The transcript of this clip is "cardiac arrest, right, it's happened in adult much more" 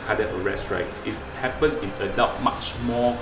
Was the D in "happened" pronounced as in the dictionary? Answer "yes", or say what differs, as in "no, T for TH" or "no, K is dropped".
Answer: no, D is dropped